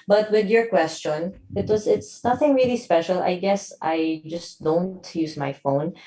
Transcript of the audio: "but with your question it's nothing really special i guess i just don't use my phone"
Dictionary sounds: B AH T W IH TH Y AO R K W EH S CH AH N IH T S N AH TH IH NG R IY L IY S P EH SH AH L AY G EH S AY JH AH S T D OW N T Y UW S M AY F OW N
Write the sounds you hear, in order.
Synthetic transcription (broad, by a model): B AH T W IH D Y AO R K W EH S CH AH N IH T S N AH TH IH NG R IY L IY S P EH SH AH L AY G EH S AY JH AH S T D OW N T Y UW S M AY F OW N